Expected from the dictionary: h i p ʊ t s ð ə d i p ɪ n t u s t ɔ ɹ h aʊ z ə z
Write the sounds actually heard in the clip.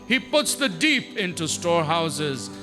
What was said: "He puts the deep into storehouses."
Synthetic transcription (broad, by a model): h i p ʊ t s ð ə d i p ɪ n t u s t ɔ ɹ h aʊ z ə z